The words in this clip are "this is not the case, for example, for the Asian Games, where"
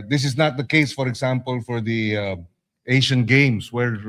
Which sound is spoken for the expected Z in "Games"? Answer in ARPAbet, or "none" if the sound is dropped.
S